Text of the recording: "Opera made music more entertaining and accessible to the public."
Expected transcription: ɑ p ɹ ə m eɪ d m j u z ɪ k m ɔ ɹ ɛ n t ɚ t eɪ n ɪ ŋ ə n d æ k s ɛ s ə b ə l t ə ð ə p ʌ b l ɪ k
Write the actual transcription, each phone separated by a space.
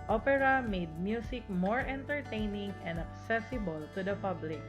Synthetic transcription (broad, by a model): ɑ p ɹ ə m eɪ d m j u s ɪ k m ɔ ɹ ɛ n t ɚ t eɪ n ɪ ŋ ə n d æ k s ɛ s ə b ə l t ə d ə p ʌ b l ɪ k